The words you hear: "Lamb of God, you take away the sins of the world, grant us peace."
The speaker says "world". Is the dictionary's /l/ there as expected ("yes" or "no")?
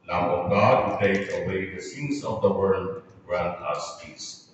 yes